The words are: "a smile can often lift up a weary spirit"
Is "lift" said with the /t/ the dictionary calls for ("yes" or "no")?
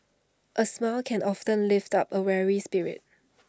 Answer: yes